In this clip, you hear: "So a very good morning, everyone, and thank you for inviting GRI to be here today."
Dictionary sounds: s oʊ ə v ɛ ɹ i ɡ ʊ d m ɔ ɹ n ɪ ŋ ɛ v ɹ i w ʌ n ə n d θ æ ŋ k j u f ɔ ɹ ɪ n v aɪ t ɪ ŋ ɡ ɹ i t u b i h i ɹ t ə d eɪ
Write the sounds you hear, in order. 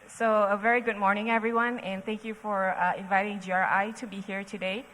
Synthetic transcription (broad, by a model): s oʊ ə v ɛ ɹ i ɡ ʊ d m ɔ ɹ n ɪ ŋ ɛ v ɹ i w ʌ n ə n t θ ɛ ŋ k j u f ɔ ɹ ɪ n v aɪ t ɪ ŋ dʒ ɹ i t u b i h i ɹ t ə d eɪ